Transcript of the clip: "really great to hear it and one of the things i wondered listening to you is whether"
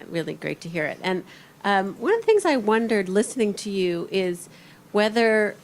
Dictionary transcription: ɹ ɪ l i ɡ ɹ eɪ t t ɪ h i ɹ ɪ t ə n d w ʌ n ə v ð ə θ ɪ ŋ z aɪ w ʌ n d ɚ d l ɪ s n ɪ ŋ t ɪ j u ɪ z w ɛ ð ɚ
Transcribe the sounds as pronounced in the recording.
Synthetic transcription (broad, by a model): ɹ ɪ l i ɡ ɹ eɪ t t ɪ h i ɹ ɪ t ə n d w ʌ n ə v ð ə θ ɪ ŋ z aɪ w ʌ n d ɚ d l ɪ s n ɪ ŋ t ɪ j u ɪ z w ɛ ð ɚ